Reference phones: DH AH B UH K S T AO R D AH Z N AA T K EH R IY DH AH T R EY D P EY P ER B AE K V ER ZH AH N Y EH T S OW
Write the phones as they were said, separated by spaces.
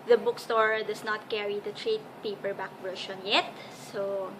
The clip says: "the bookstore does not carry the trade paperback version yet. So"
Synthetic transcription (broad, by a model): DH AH B UH K S T AO R D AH S N AA T K EH R IY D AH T R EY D P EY P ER B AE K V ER SH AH N Y EH T S OW